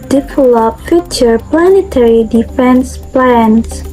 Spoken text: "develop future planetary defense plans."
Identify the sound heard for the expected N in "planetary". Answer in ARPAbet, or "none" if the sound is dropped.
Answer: N